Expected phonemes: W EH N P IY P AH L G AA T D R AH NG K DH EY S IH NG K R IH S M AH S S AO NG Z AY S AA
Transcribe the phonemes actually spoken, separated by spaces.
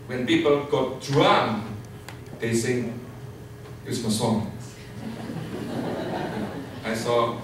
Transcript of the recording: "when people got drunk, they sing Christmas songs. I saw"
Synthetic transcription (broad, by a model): W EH N P IY P AH L G AA T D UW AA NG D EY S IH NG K IH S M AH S S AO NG AY S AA